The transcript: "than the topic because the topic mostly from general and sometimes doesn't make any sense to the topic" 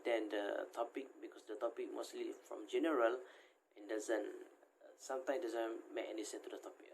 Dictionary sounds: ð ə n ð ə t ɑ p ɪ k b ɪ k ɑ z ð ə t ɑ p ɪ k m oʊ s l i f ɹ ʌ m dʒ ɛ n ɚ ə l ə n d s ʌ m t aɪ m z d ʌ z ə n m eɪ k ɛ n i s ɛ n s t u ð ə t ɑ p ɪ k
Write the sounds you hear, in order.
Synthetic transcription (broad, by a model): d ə n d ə t ɑ p ɪ k b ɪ k ɑ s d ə t ɑ p ɪ k m oʊ s l i f ɹ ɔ m dʒ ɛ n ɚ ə l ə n d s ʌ m t aɪ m d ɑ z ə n m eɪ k ɛ n i s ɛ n t u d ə t ɑ p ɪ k